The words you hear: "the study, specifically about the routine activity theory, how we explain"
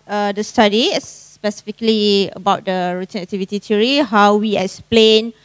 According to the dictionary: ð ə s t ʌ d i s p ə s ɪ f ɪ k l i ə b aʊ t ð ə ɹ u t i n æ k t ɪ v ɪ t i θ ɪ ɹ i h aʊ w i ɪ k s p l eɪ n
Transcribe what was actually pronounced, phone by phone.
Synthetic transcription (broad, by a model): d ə s t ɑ d i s p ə s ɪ f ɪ k l i ə b aʊ t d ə ɹ u t i n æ k t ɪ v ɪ t i t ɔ ɹ i h aʊ w i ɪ k s p l eɪ n